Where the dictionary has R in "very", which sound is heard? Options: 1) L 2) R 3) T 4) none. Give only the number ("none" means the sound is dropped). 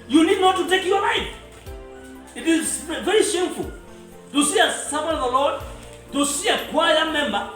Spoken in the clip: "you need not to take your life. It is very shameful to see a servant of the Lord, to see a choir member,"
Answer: 2